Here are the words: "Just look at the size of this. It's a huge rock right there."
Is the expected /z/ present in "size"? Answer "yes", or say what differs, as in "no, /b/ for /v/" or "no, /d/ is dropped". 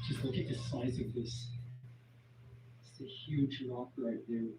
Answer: yes